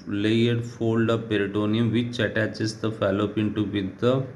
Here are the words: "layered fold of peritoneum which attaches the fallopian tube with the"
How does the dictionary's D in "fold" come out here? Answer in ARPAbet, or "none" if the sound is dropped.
D